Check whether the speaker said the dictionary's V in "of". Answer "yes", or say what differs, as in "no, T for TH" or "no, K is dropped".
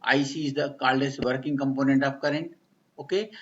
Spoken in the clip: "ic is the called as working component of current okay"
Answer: no, P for V